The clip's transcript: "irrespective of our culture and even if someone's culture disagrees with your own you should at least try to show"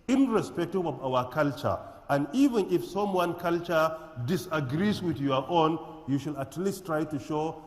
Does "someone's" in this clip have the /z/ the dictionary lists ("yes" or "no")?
no